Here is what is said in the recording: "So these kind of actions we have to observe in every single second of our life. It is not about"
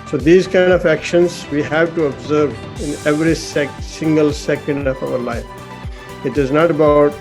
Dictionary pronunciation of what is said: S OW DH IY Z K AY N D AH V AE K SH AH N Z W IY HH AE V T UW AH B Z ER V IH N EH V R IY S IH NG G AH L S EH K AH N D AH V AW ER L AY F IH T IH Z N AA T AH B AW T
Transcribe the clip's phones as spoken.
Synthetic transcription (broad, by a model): S OW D IY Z K AY N D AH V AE K SH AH N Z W IY HH AE V T UW AH B Z ER V IH N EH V R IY S IH NG G AH L S EH K AH N D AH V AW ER L AY F IH T IH Z N AA T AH B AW T